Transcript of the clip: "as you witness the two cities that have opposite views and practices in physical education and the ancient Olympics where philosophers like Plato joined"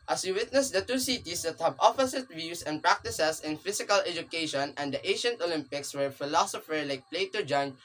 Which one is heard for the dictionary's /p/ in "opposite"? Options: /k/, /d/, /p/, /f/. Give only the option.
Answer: /f/